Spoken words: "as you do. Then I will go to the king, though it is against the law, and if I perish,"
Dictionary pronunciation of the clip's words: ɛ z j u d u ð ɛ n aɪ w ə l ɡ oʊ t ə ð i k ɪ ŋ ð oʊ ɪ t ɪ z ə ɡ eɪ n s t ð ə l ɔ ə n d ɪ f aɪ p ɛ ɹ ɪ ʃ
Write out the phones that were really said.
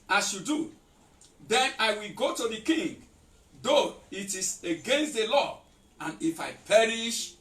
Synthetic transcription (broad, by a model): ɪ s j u d u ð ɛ n aɪ w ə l ɡ oʊ t ə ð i k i ŋ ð oʊ ɪ t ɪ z ə ɡ eɪ n s t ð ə l ɔ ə n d ɪ f aɪ p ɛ ɹ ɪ ʃ